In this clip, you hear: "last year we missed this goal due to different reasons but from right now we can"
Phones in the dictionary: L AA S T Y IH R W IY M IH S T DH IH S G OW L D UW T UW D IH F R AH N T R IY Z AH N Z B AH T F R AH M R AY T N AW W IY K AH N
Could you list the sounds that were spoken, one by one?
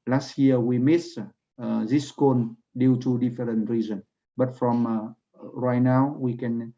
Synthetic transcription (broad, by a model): L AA S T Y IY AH W IY M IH S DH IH S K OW N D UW T UW D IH F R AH N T R IY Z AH N B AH T F R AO M R AY T N AW W IY K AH N